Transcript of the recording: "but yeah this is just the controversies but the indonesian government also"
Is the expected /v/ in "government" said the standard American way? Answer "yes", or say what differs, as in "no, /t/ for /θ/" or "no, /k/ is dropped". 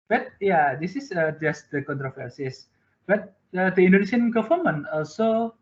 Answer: no, /f/ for /v/